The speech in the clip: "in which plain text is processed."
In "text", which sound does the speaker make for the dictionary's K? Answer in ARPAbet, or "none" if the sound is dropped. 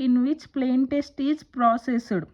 none